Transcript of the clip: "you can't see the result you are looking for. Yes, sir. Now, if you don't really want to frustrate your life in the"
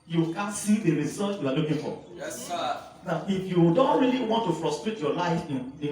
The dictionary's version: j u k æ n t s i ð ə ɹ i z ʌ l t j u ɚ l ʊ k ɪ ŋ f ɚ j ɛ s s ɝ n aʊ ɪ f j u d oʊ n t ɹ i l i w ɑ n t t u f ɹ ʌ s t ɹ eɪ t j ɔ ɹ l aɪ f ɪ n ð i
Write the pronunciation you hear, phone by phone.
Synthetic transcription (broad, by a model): j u k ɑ n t s i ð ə ɹ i s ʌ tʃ j u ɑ l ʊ k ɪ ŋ f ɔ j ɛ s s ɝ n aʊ ɪ f j u d oʊ n t ɹ i l i w ɑ n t t u f ɹ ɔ s t ɹ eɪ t j ɔ l aɪ f ɪ n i